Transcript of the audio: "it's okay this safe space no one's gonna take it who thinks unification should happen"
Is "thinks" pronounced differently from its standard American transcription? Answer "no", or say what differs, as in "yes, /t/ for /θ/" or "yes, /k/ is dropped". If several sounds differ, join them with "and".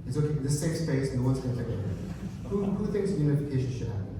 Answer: yes, /k/ is dropped